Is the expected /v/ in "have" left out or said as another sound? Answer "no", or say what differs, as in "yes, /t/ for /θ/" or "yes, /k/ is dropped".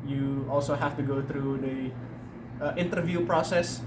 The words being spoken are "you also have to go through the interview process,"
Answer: yes, /f/ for /v/